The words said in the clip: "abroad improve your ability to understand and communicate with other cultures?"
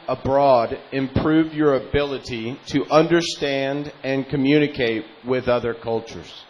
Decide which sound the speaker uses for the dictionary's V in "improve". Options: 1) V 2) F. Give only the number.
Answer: 1